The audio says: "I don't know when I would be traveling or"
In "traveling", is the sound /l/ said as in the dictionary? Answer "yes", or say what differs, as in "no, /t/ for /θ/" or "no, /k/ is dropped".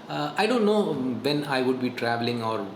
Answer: yes